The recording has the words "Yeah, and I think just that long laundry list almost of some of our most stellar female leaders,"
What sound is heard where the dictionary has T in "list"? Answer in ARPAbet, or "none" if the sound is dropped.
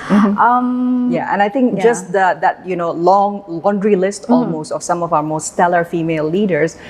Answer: T